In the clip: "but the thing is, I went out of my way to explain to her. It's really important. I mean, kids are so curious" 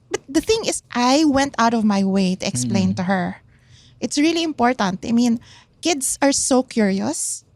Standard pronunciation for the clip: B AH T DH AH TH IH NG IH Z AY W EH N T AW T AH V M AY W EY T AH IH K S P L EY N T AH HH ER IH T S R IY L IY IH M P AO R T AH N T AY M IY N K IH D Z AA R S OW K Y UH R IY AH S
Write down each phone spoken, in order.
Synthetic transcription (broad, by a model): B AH T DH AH TH IH NG IH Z AY W EH N T AW T AH V M AY W EY T AH IH K S P L EY N T AH HH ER IH T S R IY L IY IH M P AO R T AH N T AY M IY N K IH D S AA R S OW K Y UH R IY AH S